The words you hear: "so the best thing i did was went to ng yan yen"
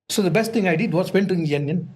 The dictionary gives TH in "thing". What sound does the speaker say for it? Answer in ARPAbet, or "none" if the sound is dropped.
T